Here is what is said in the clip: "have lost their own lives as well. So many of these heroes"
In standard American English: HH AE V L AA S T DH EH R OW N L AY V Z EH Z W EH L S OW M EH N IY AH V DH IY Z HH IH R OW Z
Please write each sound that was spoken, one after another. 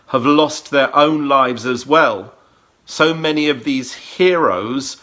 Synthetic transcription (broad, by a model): HH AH V L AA S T DH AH R OW N L AY V Z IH Z W EH L S OW M EH N IY AH V DH IY Z HH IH R OW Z